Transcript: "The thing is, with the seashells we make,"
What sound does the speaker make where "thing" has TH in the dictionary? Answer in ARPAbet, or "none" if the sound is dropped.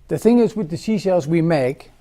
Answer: TH